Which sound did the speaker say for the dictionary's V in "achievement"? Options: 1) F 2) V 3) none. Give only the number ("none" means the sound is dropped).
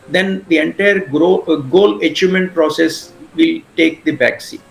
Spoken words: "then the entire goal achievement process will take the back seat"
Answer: 3